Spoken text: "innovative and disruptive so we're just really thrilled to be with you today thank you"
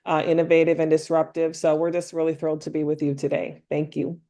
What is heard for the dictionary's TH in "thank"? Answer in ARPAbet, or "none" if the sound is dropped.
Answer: TH